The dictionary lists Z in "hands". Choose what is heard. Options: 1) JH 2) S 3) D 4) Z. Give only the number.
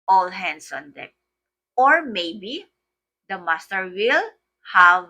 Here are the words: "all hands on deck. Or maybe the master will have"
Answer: 2